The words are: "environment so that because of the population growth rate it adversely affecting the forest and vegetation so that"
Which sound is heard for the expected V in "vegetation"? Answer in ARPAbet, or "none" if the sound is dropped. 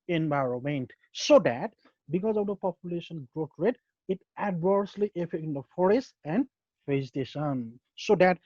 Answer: F